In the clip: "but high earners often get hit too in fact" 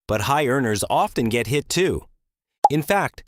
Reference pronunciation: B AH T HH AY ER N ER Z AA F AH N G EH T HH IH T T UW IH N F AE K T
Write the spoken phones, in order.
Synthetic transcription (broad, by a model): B AH T HH AY ER N ER Z AA F AH N G EH T HH IH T T UW IH N F AE K T